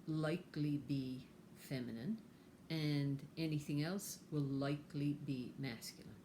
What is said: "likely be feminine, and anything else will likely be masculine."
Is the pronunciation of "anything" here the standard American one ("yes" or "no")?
yes